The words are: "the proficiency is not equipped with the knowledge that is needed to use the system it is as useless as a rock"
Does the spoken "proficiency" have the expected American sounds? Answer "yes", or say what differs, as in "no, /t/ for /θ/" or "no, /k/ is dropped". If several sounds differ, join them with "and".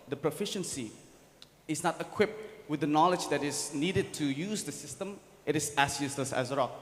yes